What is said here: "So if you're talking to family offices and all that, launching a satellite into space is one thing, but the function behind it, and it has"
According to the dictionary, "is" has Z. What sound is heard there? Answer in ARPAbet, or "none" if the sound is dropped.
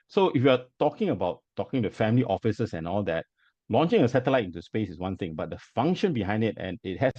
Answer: S